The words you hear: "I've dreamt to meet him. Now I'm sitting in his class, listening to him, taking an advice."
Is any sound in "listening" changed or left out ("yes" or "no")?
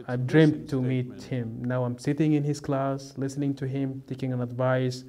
no